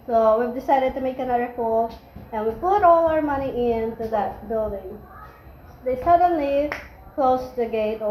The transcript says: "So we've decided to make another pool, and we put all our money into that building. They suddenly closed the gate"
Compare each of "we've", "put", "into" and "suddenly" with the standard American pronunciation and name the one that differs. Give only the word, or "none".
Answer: none